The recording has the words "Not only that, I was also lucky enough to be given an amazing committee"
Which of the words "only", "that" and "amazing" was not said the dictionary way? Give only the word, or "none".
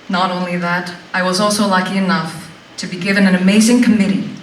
none